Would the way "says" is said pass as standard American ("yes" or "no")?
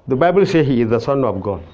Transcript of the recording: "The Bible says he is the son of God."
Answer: no